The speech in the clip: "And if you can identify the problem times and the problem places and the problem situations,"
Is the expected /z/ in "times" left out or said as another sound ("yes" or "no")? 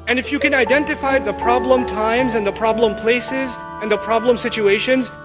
no